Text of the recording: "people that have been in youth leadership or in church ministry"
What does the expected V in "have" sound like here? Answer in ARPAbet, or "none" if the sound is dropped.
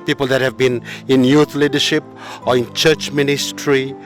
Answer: V